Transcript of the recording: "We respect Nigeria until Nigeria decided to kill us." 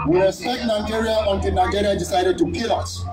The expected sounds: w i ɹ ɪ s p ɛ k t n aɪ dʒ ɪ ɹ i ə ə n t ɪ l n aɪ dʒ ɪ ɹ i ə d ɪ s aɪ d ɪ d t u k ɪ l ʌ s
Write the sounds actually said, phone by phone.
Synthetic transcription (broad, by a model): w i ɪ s ɛ t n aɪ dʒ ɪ ɹ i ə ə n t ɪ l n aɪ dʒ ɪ ɹ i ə d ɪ s aɪ d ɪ d t u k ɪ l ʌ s